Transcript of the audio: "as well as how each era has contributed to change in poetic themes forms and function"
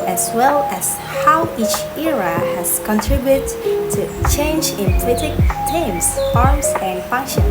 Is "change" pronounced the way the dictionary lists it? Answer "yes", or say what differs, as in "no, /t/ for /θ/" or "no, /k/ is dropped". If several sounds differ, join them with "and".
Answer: yes